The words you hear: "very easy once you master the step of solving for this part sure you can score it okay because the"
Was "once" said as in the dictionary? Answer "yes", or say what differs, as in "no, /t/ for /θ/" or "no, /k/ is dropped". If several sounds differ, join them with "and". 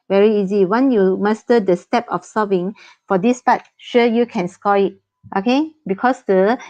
no, /s/ is dropped